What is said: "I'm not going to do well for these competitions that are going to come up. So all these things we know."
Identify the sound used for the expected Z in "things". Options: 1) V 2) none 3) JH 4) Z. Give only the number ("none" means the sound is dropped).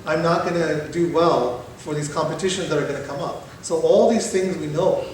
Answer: 4